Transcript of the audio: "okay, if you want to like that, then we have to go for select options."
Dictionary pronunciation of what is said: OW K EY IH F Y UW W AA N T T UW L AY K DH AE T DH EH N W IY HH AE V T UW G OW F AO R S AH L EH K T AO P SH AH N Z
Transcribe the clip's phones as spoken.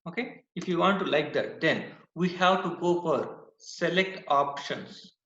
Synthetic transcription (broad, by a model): OW K EY IH F Y UW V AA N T T UW L AY K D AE T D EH N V IY HH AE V T UW G OW F AO R S AH L EH K T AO P SH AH N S